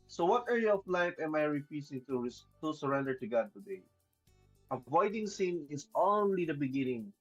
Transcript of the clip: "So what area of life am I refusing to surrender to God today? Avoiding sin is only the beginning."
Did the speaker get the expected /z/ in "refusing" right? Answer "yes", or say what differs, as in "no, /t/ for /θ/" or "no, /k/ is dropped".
no, /s/ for /z/